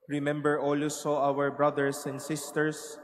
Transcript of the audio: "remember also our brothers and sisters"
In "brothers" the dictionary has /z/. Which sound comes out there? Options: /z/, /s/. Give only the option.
/s/